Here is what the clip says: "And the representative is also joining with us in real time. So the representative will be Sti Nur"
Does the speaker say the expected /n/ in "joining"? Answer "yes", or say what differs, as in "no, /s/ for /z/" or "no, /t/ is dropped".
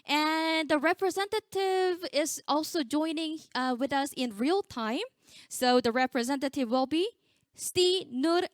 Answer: yes